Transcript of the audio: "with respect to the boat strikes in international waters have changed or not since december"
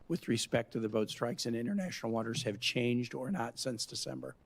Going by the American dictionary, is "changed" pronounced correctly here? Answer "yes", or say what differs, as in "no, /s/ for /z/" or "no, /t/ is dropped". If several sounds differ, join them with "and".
yes